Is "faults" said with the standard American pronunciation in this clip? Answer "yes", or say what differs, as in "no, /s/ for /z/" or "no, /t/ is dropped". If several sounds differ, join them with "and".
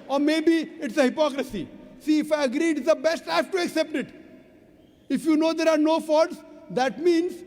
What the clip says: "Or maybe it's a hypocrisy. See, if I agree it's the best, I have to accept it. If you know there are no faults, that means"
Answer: no, /l/ is dropped